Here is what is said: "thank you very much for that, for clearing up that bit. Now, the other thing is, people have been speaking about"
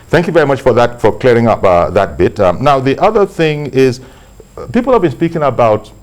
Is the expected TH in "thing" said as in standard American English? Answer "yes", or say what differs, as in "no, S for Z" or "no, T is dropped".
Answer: yes